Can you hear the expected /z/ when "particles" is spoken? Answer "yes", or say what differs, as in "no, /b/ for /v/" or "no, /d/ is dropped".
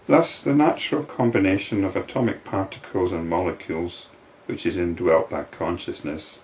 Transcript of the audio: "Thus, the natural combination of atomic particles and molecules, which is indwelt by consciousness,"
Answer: yes